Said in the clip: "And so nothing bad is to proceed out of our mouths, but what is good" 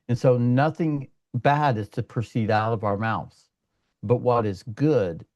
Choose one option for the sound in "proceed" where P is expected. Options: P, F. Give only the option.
P